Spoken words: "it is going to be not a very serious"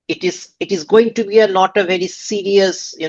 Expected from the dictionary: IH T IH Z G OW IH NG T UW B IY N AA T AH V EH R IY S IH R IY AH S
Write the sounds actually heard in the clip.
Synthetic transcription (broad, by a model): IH T IH Z G OW IH NG T UW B IY L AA T AH V EH R IY S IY R IY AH S